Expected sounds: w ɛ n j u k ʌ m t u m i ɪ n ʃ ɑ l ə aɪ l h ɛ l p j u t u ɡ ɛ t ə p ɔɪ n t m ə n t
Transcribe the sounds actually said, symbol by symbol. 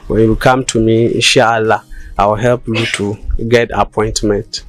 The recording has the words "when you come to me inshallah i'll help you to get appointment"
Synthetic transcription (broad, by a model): w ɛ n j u k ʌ m t u m i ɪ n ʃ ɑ l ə aɪ w h ɛ l p j u t u ɡ ɛ t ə p ɔɪ n t m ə n t